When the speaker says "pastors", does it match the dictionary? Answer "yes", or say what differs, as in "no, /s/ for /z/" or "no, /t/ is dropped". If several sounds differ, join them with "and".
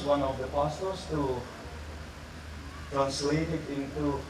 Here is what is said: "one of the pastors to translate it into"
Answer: no, /s/ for /z/